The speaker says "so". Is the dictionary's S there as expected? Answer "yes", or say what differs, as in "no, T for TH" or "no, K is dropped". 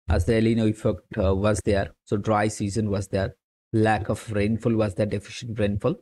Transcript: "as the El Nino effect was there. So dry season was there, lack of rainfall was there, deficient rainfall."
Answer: yes